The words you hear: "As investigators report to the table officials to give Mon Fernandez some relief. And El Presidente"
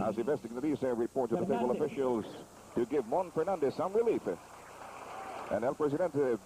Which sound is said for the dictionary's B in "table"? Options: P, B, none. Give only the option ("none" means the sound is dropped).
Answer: none